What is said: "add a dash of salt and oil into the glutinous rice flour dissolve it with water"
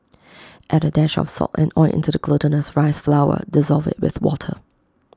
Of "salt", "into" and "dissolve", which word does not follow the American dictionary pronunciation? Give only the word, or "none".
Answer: salt